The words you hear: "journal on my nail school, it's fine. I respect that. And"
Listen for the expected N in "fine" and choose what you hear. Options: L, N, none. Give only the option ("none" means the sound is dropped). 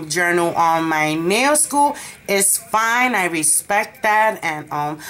N